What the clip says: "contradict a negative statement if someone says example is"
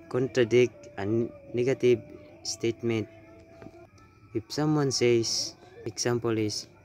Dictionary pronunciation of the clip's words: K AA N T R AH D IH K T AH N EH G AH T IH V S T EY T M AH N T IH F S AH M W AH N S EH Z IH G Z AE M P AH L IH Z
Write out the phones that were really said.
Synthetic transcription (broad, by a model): K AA N T R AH D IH K T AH N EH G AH T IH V S T EY T M AH N T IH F S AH M W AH N S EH S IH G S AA M P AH L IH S